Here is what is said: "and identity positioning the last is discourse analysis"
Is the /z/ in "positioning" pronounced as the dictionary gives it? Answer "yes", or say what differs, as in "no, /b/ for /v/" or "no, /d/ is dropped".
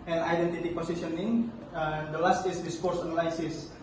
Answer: no, /s/ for /z/